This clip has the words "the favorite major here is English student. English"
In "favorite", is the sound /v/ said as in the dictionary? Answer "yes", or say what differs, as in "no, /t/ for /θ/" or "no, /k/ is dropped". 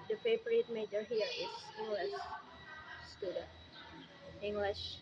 no, /p/ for /v/